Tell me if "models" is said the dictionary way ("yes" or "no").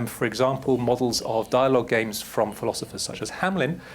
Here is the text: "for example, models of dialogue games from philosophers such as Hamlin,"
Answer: yes